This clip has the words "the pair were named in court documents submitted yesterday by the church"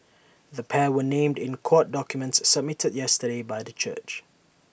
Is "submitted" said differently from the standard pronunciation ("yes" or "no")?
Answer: no